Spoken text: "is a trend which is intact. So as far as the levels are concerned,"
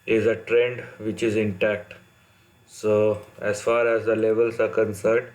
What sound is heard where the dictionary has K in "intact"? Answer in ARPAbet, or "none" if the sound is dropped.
K